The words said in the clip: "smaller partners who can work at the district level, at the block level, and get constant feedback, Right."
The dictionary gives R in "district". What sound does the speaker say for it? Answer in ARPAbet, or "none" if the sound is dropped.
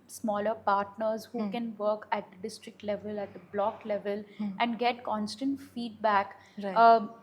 R